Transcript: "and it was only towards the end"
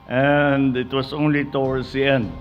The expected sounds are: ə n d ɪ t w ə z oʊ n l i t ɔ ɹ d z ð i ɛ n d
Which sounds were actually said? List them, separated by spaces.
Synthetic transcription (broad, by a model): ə n d ɪ t w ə s oʊ n l i t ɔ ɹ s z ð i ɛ n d